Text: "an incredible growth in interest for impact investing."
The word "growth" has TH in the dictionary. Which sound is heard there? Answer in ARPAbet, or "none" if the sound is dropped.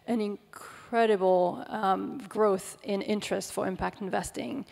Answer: TH